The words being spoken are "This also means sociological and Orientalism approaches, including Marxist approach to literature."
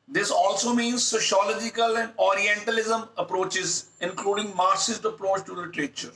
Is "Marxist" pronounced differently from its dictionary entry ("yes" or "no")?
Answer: yes